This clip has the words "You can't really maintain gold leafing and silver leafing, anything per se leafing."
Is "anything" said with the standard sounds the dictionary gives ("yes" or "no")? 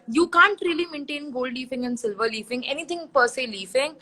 no